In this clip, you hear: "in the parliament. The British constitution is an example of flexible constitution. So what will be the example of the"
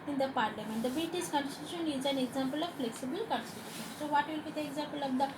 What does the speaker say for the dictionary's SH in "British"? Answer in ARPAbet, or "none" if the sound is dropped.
S